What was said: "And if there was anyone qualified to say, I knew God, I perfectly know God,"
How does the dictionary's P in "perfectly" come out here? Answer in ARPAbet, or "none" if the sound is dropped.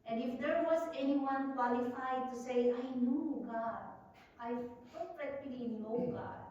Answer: F